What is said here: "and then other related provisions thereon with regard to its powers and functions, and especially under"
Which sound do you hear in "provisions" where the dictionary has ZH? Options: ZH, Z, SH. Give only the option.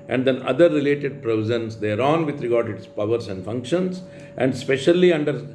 Z